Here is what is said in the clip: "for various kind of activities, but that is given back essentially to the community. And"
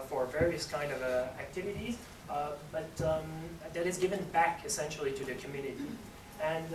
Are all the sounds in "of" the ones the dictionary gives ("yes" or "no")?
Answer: yes